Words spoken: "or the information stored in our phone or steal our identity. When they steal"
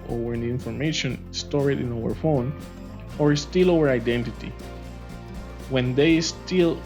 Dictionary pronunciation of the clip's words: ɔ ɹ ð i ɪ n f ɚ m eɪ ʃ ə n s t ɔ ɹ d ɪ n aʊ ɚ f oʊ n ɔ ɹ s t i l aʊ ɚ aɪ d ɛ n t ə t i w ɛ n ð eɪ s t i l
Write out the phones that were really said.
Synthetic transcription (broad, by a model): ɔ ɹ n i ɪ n f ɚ m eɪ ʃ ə n s t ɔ ɹ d ɪ n aʊ ɚ f oʊ n ɔ ɹ s t i l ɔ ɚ aɪ d ɛ n t ə t i w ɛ n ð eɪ s t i l